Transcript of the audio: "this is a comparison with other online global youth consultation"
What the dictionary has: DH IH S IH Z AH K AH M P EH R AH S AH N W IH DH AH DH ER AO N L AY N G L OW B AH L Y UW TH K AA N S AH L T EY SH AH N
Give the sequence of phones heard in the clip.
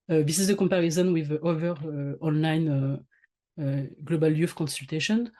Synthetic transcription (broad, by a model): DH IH S IH Z AH K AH M P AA R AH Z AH N W IH DH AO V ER AO N L AY N G L OW B AH L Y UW F K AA N S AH L T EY SH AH N